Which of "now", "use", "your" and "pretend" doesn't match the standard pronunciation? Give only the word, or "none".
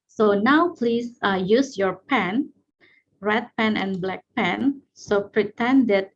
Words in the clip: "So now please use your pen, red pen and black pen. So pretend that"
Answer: none